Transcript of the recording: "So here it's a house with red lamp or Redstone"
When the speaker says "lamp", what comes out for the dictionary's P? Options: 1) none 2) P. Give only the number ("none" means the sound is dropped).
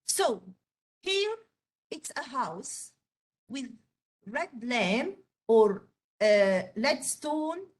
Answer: 1